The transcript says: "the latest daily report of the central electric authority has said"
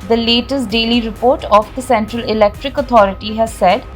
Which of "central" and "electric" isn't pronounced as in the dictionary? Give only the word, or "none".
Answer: none